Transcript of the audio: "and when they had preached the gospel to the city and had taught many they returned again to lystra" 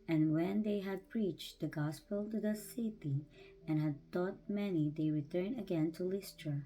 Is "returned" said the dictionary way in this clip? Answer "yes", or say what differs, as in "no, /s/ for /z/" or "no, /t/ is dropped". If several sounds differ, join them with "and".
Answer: no, /d/ is dropped